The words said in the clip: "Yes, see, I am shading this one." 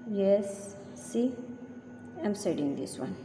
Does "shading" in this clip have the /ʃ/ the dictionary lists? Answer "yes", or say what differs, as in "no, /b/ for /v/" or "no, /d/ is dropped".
no, /s/ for /ʃ/